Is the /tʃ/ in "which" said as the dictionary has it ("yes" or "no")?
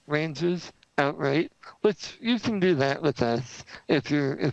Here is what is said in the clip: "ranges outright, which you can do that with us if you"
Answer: no